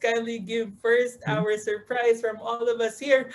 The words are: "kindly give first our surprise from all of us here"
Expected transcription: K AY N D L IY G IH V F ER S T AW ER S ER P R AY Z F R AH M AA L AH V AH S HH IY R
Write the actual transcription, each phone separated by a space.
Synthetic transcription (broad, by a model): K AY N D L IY G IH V F ER S T AW ER S ER P R AY Z F R AH M AA L AH V AH S HH IY R